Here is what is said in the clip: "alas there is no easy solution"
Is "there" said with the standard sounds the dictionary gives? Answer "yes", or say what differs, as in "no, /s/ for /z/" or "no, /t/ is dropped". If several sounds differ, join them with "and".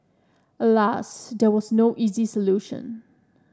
no, /w/ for /ɹ/